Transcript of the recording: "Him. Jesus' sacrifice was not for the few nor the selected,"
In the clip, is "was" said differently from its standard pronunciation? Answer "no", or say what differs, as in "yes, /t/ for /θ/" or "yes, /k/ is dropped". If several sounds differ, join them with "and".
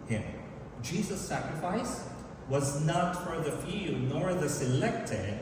no